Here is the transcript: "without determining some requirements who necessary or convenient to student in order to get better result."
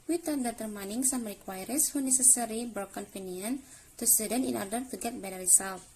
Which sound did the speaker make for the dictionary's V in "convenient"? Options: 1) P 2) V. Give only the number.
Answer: 1